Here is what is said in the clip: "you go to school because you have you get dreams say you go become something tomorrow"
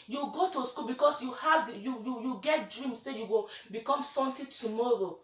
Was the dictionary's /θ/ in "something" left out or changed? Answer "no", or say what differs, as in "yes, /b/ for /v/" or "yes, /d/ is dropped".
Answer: yes, /t/ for /θ/